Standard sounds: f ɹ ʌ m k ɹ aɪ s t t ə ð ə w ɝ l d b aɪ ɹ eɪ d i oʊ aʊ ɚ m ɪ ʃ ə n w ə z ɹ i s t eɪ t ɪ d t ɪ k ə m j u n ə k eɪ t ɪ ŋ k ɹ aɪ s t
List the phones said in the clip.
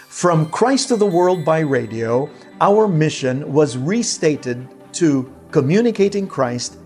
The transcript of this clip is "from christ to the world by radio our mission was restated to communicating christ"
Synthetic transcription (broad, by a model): f ɹ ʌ m k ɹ aɪ s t t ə ð ə w ɝ l d b aɪ ɹ eɪ d i oʊ aʊ ɚ m ɪ ʃ ə n w ə z ɹ i s t eɪ t ɪ d t ɪ k ə m j u n ə k eɪ t ɪ ŋ k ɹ aɪ s t